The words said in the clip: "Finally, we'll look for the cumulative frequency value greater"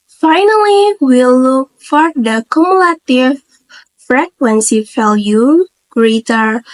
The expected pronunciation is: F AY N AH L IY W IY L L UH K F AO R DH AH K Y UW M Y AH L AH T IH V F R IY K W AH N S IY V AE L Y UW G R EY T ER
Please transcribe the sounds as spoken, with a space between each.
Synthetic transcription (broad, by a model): F AY N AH L IY W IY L L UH K F AO R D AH K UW M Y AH L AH T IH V F R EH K W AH N S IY F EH L Y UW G R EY T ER